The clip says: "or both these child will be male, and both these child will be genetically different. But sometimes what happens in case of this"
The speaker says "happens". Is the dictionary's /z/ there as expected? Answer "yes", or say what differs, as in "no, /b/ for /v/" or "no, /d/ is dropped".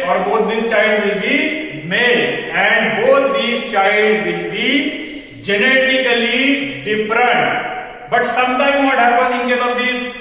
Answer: no, /z/ is dropped